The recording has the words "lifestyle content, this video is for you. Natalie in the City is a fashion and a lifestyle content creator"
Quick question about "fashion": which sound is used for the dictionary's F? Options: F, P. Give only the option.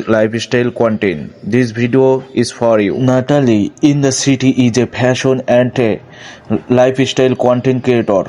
P